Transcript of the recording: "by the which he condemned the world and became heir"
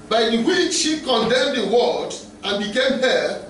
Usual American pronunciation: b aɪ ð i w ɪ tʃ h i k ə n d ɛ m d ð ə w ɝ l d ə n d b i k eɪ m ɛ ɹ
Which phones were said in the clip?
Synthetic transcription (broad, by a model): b aɪ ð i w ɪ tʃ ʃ i k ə n d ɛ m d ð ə w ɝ d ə n b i k eɪ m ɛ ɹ